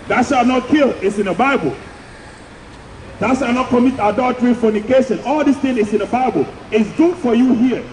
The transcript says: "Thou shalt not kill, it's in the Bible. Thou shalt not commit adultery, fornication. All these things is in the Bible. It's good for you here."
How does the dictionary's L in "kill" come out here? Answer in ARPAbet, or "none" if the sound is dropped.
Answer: L